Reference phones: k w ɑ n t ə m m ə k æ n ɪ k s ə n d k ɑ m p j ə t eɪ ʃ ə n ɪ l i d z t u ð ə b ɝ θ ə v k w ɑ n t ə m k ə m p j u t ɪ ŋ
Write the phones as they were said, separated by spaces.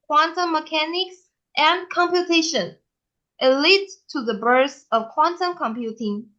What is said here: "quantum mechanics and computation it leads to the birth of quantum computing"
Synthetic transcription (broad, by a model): k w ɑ n t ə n m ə k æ n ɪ k s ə n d k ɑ m p j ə t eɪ ʃ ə n ɪ l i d t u ð ə b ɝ s ə v k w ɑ n t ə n k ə m p j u t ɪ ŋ